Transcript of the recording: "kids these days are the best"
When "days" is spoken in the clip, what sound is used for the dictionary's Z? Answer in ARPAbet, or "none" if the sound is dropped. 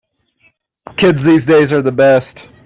Z